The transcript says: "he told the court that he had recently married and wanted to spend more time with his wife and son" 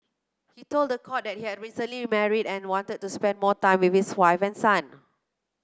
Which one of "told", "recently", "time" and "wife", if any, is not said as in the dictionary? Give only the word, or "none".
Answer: none